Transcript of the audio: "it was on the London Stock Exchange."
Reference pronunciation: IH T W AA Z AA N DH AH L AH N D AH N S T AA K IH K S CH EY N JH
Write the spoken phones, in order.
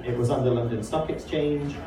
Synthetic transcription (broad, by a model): IH T W AA Z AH N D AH L AH N D AH N S T AA K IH K S CH EY N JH